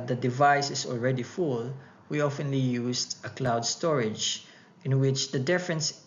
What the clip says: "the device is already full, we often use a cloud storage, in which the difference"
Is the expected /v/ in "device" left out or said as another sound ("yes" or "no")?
no